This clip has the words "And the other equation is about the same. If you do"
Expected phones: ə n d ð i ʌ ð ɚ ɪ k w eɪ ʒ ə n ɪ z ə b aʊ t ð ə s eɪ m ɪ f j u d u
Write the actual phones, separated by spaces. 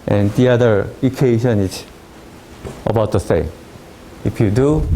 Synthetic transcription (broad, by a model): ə n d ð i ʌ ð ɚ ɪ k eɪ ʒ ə n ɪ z ə b aʊ t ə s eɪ ɪ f j u d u